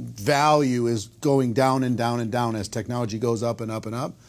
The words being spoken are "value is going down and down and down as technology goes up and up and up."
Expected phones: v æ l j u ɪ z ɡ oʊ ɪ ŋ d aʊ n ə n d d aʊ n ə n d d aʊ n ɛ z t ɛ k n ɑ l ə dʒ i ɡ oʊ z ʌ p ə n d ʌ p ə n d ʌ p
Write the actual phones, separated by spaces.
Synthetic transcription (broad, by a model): v æ l j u ɪ z ɡ oʊ ɪ ŋ d aʊ n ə n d d aʊ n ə n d d aʊ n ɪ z t ɛ k n ɑ l ə dʒ i ɡ oʊ z ʌ p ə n ʌ p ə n ʌ p